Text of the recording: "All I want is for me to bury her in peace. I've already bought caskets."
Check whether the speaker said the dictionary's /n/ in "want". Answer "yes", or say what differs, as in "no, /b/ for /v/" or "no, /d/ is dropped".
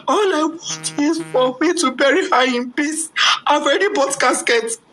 no, /n/ is dropped